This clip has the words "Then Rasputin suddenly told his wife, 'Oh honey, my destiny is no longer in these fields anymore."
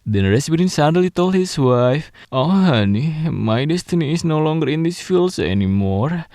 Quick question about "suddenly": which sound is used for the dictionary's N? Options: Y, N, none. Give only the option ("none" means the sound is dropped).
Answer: none